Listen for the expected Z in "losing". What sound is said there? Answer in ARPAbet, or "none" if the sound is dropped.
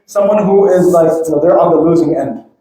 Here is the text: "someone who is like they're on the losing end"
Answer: Z